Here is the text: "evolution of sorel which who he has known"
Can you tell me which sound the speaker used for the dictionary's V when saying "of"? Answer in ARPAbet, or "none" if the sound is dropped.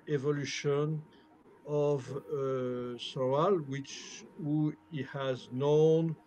V